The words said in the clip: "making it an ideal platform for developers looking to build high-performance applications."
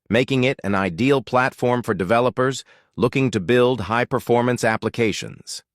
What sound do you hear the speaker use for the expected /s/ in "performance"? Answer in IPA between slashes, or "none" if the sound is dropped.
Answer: /s/